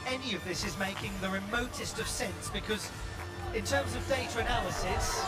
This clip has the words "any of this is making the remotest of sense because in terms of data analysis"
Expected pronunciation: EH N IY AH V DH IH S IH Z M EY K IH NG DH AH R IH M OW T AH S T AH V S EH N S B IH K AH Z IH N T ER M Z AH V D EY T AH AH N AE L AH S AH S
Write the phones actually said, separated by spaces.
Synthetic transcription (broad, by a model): EH N IY AH V DH IH S IH Z M EY K IH NG DH AH R IH M OW T AH S T AH V S EH N S B IH K AH Z IH N T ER M Z AH V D EY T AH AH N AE L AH S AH S